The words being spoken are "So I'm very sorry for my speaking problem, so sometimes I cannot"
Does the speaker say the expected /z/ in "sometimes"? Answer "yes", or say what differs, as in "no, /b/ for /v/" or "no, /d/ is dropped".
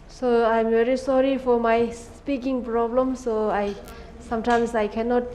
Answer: no, /s/ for /z/